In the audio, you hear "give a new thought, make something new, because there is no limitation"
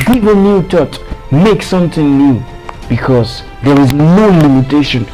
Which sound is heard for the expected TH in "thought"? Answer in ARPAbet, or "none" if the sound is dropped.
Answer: T